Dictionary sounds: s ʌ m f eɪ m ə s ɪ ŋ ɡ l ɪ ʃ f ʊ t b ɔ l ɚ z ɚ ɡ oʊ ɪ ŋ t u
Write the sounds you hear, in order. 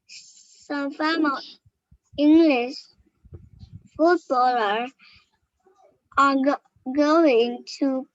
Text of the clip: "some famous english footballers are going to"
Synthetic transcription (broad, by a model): s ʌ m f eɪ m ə ɪ ŋ ɡ l ɪ ʃ f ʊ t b ɔ l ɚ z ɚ ɡ oʊ ɪ ŋ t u